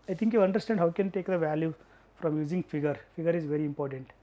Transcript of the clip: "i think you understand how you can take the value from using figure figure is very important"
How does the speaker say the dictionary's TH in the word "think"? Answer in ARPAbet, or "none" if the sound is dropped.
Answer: T